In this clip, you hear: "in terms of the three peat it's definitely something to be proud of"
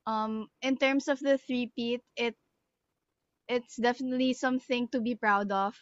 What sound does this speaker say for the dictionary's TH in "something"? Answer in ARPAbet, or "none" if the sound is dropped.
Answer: TH